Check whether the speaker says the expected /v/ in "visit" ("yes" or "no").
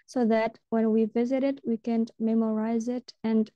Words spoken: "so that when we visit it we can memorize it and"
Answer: yes